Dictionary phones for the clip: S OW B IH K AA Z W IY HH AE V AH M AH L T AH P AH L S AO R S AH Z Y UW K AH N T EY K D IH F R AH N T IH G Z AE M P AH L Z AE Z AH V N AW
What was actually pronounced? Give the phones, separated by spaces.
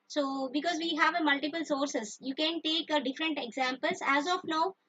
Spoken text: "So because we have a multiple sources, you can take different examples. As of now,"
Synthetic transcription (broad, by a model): S OW B IH K AA Z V IY HH AE V AH M AH L T AH P AH L S AO R S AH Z Y UW K AH N T EY K D IH F R AH N T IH G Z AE M P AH L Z AE Z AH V N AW